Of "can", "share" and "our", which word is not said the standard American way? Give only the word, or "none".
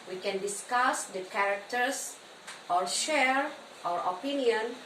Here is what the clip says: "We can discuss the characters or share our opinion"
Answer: none